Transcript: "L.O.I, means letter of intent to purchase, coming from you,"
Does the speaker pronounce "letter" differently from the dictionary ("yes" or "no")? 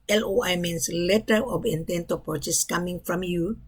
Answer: no